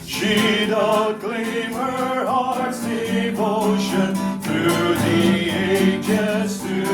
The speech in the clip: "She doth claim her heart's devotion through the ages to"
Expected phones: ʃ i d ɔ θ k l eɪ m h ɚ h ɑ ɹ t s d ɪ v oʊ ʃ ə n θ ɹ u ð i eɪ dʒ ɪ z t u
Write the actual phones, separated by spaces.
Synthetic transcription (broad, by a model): ʃ i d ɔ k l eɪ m h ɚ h ɑ ɹ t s d ɪ v oʊ ʃ ə n θ ɹ u ð i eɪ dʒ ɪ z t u